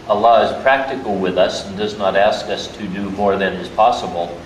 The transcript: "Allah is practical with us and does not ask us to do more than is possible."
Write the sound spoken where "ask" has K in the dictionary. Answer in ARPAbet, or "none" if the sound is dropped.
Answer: K